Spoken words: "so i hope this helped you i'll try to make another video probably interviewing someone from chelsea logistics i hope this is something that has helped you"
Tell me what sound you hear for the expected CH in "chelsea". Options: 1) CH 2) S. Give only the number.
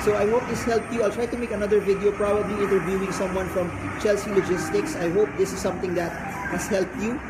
1